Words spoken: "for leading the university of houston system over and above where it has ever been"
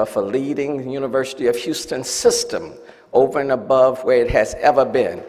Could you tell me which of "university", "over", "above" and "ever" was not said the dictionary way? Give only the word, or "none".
none